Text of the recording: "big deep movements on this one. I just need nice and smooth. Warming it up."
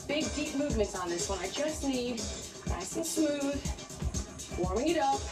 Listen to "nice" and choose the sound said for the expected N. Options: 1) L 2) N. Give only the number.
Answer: 1